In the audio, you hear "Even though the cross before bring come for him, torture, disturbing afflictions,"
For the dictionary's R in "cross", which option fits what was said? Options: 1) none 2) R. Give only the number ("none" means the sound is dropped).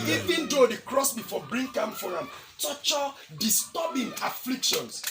2